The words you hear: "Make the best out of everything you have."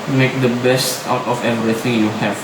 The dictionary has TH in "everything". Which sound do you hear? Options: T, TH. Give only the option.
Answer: T